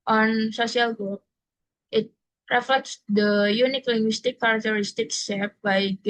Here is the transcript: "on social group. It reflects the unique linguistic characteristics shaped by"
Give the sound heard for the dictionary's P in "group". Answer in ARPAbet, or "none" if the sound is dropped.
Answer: none